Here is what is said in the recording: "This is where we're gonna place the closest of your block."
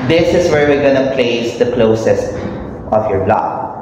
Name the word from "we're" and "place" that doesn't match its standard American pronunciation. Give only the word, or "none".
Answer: none